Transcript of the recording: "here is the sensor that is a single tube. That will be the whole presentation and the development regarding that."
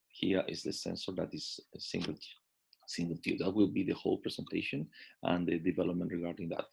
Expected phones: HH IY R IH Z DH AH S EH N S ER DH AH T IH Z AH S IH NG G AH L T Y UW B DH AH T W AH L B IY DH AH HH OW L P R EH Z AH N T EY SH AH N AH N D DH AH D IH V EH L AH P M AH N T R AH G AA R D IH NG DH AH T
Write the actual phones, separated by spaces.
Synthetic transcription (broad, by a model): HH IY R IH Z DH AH S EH N S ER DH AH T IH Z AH S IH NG G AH L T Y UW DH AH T W AH L B IY DH AH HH OW L P R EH S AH N T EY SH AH N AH N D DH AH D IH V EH L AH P M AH N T R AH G AA R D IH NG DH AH T